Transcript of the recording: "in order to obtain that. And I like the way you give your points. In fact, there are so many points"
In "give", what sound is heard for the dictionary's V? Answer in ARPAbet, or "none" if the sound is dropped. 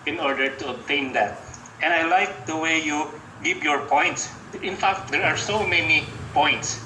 P